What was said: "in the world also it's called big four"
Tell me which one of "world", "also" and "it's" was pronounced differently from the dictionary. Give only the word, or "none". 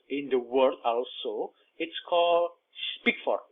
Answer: world